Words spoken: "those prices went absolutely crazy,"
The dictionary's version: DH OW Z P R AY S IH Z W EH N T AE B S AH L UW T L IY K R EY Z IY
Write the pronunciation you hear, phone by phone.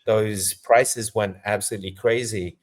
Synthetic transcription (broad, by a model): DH OW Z P R AY S IH Z W EH N T AE B S AH L UW T L IY K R EY Z IY